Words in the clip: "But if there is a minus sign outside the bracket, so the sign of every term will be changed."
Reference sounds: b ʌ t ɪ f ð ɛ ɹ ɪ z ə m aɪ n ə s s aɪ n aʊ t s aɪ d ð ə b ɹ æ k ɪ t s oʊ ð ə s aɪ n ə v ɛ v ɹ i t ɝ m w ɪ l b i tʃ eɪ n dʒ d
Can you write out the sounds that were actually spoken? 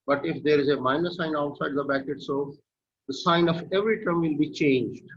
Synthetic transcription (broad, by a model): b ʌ t ɪ f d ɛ ɹ ɪ z ə m aɪ n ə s s aɪ n aʊ t s aɪ d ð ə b æ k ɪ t s oʊ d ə s aɪ n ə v ɛ v ɹ i t ɝ m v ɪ l b i tʃ eɪ n dʒ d